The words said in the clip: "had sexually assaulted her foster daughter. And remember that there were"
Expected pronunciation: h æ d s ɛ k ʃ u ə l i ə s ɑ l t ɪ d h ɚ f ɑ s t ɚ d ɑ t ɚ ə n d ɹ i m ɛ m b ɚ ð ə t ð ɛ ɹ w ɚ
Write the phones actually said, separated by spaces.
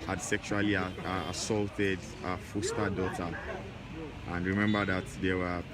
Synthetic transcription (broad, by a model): h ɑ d s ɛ k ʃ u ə l i ə s ɑ l t ɪ d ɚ f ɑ s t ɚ d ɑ t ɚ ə n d ɹ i m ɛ m b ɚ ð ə t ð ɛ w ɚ